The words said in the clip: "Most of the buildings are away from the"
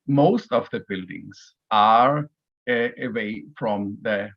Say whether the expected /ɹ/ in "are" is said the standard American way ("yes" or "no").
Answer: yes